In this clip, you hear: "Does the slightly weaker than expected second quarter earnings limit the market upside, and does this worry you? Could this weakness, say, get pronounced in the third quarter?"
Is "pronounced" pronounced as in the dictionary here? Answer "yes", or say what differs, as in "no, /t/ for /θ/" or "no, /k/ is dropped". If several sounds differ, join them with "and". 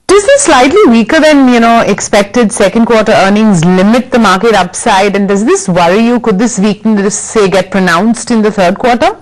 yes